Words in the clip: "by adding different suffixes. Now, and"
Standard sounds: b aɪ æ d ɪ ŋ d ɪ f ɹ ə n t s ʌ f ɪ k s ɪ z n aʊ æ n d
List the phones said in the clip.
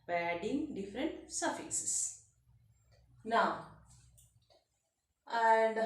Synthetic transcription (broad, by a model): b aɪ æ d ɪ ŋ d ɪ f ɹ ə n t s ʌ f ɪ s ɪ s n aʊ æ n d